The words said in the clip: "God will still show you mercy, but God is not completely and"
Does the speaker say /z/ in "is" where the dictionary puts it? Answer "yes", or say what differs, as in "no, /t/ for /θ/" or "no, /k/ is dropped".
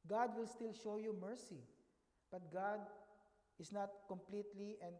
no, /s/ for /z/